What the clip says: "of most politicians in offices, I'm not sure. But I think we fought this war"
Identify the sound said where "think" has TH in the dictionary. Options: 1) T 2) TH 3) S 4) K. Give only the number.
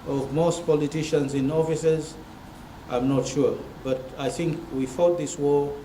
2